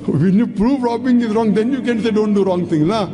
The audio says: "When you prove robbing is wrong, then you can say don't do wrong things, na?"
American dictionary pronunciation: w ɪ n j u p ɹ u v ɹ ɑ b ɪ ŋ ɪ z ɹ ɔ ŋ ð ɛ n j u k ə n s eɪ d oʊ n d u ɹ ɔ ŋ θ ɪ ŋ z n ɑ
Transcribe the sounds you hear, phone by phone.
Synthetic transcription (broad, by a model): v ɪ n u p ɹ u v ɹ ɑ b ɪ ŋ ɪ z ɹ ɔ ŋ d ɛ n j u k ə n s eɪ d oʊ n d u ɹ ɔ ŋ t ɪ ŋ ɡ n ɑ